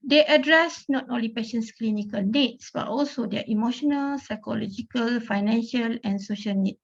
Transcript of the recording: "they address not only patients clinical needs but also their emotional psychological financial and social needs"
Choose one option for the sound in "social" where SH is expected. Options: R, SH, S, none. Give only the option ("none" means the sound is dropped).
SH